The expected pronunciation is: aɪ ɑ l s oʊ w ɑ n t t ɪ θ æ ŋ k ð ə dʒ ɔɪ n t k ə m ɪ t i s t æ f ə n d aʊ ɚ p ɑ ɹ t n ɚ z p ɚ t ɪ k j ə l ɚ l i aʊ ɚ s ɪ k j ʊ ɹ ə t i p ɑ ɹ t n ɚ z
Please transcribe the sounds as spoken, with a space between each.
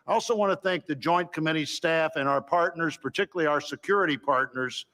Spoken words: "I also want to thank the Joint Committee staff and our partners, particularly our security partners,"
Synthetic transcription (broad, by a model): aɪ ɑ l s oʊ w ɑ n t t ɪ θ æ ŋ k ð ə dʒ ɔɪ n k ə m ɪ t i s t æ f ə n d aʊ ɚ p ɑ ɹ t n ɚ z p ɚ t ɪ k j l l i aʊ ɚ s ɪ k j ʊ ɹ ə t i p ɑ ɹ t n ɚ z